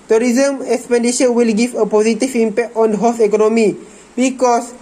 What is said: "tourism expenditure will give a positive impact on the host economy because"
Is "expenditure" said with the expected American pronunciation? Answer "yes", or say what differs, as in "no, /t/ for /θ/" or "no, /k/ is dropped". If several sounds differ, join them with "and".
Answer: no, /ʃ/ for /tʃ/